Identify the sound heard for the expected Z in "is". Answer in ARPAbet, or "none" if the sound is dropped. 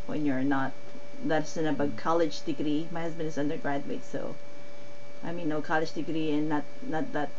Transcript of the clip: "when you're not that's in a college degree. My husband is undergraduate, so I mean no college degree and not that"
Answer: Z